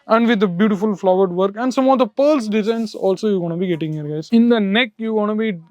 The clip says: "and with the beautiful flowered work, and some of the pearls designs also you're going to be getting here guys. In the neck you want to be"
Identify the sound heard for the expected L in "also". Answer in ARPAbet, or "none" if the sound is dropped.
L